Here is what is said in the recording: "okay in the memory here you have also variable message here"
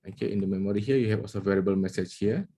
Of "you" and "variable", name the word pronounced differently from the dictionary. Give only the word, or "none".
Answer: none